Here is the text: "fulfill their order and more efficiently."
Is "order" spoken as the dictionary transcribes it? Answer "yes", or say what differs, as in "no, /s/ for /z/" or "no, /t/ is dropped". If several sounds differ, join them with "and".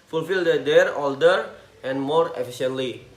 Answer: no, /l/ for /ɹ/